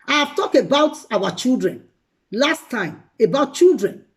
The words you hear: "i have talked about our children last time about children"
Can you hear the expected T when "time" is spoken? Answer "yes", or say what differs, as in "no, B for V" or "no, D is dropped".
yes